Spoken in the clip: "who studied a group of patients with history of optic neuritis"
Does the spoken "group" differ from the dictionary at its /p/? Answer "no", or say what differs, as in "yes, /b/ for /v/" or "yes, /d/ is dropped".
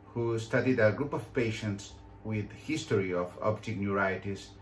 no